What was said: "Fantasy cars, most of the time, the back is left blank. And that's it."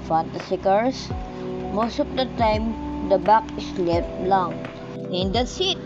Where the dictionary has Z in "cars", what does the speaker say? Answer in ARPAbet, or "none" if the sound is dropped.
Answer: S